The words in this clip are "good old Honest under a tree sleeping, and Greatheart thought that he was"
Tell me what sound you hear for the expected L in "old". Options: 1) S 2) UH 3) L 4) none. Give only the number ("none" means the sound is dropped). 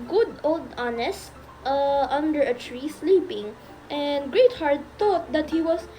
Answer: 3